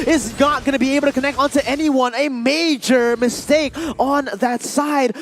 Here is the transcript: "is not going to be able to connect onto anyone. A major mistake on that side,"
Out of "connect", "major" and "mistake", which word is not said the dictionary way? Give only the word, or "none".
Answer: none